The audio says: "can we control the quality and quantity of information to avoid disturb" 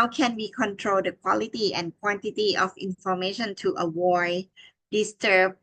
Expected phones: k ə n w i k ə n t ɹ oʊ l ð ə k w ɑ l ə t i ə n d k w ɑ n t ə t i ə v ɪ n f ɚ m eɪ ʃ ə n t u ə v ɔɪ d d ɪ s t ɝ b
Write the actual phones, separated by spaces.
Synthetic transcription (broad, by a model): k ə n w i k ə n t ɹ oʊ l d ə k w ɑ l ə t i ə n k w ɑ n t ə t i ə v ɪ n f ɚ m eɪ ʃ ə n t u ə w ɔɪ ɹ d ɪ s t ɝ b